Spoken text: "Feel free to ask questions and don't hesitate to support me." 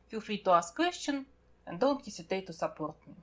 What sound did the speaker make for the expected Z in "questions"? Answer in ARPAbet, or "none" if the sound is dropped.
none